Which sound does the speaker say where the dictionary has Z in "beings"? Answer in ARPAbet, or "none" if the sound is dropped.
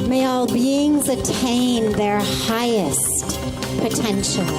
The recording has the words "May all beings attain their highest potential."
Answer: Z